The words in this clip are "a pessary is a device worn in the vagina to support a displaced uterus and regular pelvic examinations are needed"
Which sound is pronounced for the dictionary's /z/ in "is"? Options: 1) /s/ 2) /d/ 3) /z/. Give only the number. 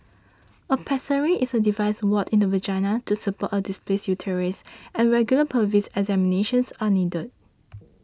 1